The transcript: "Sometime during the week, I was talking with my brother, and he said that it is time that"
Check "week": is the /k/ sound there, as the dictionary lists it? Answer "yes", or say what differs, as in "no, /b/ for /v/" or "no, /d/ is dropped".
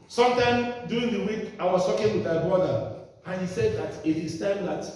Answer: yes